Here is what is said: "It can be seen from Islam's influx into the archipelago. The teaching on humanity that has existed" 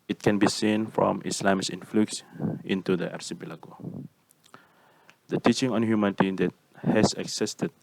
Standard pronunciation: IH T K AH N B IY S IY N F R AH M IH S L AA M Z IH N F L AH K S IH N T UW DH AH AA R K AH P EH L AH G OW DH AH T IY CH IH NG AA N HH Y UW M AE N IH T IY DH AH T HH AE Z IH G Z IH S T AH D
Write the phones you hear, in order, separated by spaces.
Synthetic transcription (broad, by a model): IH T K AH N B IY S IY N F R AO M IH S L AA M S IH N F L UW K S IH N T UW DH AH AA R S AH B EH L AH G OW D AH T IY CH IH NG AA N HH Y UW M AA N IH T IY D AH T HH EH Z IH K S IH S T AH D